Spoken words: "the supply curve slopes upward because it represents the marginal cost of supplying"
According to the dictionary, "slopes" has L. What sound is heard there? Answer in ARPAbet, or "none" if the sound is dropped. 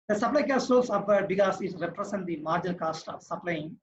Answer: none